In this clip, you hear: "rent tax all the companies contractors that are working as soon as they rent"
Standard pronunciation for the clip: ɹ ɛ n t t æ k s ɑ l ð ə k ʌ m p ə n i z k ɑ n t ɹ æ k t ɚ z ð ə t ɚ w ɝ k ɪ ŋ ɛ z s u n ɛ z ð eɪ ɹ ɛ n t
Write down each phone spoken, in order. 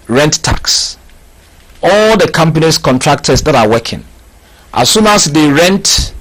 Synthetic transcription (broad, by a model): ɹ ɛ n t t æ k s ɑ l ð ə k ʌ m p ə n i s k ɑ n t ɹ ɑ k t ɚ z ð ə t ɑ w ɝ k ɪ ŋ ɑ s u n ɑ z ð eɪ ɹ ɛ n t